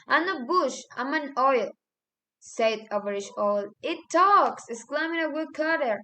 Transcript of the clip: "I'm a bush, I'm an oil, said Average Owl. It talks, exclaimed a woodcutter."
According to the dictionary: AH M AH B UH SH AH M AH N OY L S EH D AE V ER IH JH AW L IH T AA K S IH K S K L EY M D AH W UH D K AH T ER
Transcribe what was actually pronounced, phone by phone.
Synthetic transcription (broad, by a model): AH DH AH B UH SH AH M AH N OY L S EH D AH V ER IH SH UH L IH T AA K S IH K S K L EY M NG AH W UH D K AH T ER